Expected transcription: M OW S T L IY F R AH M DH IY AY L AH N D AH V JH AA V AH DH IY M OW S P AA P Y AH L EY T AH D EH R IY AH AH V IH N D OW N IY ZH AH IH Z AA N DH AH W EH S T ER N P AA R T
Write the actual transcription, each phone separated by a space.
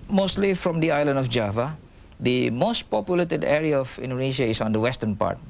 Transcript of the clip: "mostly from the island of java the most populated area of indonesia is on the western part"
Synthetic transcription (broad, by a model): M OW S T L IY F R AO M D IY AY L AH N D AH F JH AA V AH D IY M OW S P AA P Y AH L EY T AH D EH R IY AH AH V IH N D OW N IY SH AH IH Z AA N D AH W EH S T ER N P AA R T